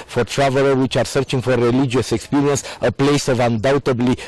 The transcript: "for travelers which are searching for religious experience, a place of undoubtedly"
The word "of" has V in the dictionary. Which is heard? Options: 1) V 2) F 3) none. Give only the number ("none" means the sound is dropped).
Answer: 1